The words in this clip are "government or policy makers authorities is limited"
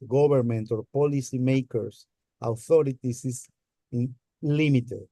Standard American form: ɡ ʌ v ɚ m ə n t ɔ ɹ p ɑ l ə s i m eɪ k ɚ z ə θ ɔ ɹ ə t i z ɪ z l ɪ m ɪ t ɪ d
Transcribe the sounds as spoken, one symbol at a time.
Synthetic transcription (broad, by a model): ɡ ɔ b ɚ m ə n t ɔ ɹ p ɑ l ə s i m eɪ k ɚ s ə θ ɔ ɹ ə t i s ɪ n l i m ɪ t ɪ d